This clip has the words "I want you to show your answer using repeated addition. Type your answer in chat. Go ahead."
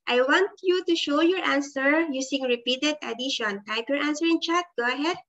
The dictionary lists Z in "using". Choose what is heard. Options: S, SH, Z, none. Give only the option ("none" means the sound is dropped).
S